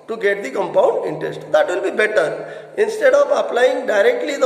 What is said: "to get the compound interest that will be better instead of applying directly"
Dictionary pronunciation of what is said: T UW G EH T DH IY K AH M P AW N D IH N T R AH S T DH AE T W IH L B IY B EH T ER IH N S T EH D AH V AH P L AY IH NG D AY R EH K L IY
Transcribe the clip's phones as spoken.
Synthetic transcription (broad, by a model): T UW G EH T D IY K AH M P AW N D IH N T R AH S T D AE T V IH L B IY B EH T ER IH N S T EH D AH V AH P L AY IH NG D AY R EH K L IY